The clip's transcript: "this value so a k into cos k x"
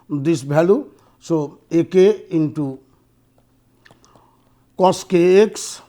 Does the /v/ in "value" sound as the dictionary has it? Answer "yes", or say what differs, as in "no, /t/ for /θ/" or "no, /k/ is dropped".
no, /b/ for /v/